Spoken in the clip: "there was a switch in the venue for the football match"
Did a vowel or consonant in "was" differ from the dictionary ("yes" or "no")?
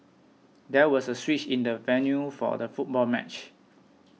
yes